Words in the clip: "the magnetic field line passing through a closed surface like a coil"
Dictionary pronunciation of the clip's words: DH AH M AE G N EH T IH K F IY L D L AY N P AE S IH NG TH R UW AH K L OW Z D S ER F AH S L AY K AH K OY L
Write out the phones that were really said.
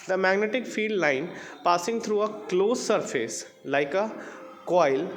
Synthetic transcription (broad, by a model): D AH M AE G N EH T IH K F IY D L AY N P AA S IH NG T R UW AH K L OW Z S ER F AH S L AY K AH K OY L